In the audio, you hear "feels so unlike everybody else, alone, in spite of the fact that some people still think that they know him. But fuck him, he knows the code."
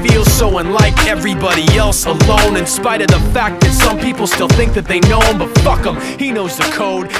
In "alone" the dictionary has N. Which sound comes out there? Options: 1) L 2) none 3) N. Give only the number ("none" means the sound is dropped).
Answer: 3